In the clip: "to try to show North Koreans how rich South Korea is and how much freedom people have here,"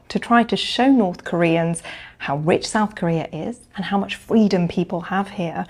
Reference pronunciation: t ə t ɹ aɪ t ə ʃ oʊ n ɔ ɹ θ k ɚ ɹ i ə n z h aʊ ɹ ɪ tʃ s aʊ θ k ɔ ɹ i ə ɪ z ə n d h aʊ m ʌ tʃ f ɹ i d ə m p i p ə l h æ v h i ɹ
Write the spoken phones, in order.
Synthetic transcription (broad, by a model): t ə t ɹ aɪ t ə ʃ oʊ n ɔ ɹ θ k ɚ ɹ i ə n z h aʊ ɹ ɪ tʃ s aʊ θ k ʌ ɹ i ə ɪ z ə n h aʊ m ʌ tʃ f ɹ i d ə m p i p ə l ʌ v h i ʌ